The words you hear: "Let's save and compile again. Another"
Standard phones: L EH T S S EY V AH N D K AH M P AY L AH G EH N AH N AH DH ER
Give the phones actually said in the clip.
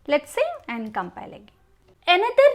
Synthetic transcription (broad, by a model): L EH T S S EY AH N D K AH M P AY L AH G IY AH N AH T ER